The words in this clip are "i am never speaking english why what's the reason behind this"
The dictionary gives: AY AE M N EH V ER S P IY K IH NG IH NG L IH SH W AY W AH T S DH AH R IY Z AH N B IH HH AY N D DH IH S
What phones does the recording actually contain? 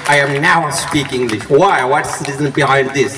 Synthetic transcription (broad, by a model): AY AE M N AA UH S P IY K IH NG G L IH SH W AY W AH T S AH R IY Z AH N B IH HH AY N D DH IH S